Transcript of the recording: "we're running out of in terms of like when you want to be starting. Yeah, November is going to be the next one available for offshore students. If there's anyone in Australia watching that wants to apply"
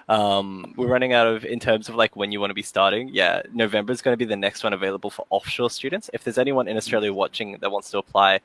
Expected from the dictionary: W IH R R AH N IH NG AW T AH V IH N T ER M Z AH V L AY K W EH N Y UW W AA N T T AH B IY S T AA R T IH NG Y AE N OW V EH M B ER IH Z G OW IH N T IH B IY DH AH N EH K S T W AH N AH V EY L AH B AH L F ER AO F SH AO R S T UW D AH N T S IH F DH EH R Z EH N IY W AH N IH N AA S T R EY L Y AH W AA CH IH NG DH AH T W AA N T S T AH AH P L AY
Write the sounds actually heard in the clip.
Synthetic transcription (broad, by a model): W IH R R AH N IH NG AW T AH V IH N T ER M Z AH V L AY K W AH N Y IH W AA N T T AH B IY S T AA R T IH NG Y AE N OW V EH M B ER IH Z G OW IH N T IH B IY DH AH N EH K S T W AH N AH V EY L AH B AH L F ER AO F SH AO R S T UW D N T S IH F DH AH R Z EH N IY W AH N IH N AA S T R EY L Y AH W AA CH IH NG DH AH T W AA N T S T AH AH P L AY